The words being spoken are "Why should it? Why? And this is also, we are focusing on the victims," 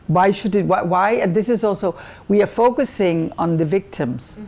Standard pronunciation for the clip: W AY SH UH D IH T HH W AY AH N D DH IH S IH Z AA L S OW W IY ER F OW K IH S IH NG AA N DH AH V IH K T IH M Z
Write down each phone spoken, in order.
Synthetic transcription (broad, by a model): W AY SH UH D IH T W W AY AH N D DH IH S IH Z AA L S OW W IY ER F OW K IH S IH NG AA N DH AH V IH K T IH M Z